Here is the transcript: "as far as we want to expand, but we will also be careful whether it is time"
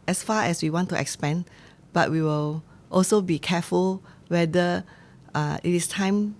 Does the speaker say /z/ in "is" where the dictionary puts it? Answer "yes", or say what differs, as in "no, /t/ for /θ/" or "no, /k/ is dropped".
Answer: no, /s/ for /z/